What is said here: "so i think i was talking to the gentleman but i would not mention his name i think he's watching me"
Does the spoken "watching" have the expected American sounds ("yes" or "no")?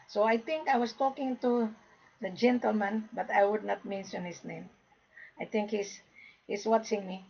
no